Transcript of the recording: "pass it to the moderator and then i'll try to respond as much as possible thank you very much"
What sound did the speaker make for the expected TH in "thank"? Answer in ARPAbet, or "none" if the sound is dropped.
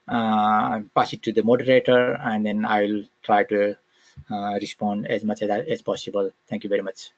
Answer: T